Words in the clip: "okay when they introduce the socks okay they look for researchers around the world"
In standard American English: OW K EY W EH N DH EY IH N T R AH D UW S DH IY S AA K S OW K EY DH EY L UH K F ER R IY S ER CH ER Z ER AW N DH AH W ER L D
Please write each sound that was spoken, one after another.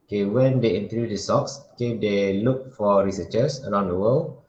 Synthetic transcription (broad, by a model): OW K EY W EH N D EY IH N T AH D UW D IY S AA K S OW K EY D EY L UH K F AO R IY S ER CH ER S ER AW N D AH W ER L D